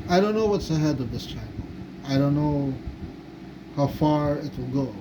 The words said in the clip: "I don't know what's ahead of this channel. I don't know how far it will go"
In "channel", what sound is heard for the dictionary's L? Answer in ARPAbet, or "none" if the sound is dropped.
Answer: N